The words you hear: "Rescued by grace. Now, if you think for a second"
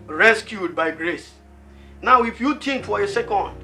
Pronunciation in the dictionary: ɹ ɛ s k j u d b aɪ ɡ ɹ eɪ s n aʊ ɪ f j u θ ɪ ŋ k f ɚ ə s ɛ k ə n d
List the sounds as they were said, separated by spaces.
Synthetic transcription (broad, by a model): ɹ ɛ s k j u d b aɪ ɡ ɹ eɪ s n aʊ ɪ f j u t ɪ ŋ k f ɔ ə s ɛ k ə n d